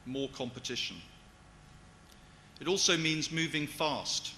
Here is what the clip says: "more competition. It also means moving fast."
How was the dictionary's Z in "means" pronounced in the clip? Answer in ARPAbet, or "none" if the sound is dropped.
Z